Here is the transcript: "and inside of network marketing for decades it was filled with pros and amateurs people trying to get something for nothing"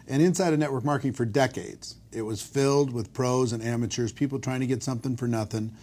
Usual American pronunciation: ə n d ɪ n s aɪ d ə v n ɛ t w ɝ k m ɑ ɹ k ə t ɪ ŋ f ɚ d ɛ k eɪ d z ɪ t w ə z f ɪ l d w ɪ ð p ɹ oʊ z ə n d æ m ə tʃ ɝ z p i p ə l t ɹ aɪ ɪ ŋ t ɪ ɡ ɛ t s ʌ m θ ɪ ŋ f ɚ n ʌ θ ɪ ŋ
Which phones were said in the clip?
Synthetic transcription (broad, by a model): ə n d ɪ n s aɪ d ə n ɛ t w ɝ k m ɑ ɹ k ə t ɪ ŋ f ɚ d ɛ k eɪ d z ɪ t w ə z f ɪ l d w ɪ ð p ɹ oʊ z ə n æ m ə tʃ ɝ z p i p l t ɹ aɪ ɪ ŋ t ɪ ɡ ɛ t s ʌ m θ ɪ ŋ f ɚ n ʌ θ ɪ ŋ